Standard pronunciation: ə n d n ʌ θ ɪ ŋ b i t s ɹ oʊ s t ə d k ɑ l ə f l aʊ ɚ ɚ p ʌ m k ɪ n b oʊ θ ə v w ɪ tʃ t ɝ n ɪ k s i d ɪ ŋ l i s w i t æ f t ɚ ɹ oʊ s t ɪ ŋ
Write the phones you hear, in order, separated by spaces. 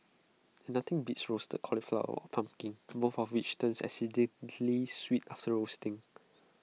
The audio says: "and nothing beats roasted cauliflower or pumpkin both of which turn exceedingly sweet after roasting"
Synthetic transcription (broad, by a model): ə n n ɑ t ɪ ŋ b i t s ɹ oʊ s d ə k ɑ l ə f l aʊ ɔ p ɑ m k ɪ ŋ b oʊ f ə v w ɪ tʃ t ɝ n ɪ s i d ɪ l i s w i t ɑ f t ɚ ɹ oʊ s t ɪ ŋ